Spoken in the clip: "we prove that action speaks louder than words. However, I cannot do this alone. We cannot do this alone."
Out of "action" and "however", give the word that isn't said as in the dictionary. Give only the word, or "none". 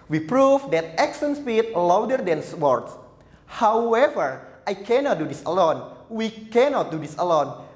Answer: action